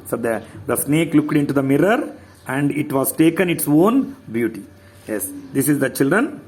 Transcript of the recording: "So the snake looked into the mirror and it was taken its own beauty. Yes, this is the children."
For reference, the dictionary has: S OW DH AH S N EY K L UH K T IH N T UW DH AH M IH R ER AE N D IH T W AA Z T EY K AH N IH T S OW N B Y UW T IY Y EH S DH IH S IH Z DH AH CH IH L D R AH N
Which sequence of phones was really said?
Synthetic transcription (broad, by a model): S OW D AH S N EY K L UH K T IH N T UW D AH M IH R ER AE N D IH T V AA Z T EY K AH N IH T S OW N B Y UW T IY Y EH S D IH S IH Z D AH CH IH L D R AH N